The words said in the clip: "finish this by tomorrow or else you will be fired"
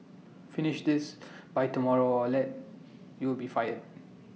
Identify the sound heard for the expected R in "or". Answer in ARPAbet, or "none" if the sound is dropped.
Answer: L